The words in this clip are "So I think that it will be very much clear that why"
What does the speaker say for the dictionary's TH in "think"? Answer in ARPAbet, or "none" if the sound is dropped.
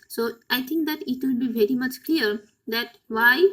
T